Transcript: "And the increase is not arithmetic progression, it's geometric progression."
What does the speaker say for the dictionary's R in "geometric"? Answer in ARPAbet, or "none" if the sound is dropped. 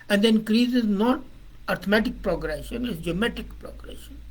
none